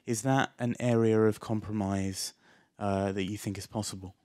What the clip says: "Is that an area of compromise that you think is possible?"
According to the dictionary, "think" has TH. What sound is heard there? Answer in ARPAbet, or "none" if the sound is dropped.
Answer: TH